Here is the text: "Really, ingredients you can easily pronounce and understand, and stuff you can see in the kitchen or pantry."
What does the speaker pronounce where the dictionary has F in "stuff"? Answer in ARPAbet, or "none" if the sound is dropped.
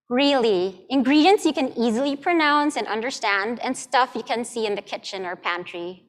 F